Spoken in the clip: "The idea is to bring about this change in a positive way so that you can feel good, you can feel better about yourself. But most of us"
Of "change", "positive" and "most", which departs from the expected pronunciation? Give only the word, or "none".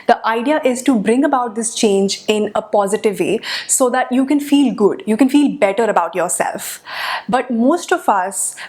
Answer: none